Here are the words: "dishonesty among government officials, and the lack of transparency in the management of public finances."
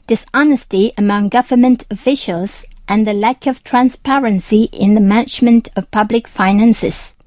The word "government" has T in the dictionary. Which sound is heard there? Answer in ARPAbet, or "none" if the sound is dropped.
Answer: T